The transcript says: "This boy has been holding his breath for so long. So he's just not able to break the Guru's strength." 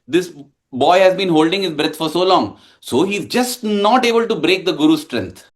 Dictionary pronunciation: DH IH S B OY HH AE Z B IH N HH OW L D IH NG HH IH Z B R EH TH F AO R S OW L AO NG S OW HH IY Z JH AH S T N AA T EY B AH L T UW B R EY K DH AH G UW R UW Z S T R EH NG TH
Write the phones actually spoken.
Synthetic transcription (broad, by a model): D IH S B OY HH AE Z B IH N HH OW L D IH NG HH IH Z B R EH T F AO R S OW L AO NG S OW HH IY Z JH AH S T N AA T EY B AH L T UW B R EY K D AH G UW R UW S T R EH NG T